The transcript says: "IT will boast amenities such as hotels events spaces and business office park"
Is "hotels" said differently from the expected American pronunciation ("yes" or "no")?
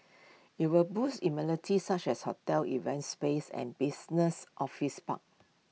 yes